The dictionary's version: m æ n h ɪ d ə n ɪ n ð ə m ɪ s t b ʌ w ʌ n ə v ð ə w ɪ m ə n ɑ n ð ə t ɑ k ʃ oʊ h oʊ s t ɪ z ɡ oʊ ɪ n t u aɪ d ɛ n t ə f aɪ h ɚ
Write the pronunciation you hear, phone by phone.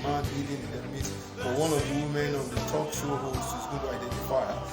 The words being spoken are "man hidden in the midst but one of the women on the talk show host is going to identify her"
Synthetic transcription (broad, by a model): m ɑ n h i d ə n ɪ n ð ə m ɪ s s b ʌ w ʌ n ə v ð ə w m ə n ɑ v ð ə t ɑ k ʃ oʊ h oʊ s ɪ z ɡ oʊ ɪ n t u aɪ d ɛ n t ə f aɪ